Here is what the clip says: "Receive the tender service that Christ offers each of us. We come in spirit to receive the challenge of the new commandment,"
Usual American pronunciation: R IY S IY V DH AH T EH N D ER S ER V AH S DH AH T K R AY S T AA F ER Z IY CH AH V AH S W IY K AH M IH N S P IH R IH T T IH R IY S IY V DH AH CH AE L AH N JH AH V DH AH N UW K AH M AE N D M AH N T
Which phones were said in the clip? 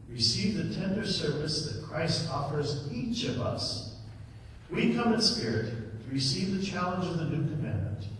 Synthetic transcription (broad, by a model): R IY S IY V DH AH T EH N D ER S ER V AH S DH AH T K R AY S T AA F ER Z IY CH AH V AH S W IY K AH M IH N S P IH R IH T T IH R IY S IY V DH AH CH AE L AH N JH AH V DH AH N UW K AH M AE N M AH N T